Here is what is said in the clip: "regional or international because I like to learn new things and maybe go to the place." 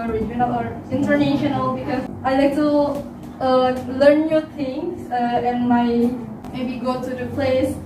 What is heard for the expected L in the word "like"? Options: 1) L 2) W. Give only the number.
1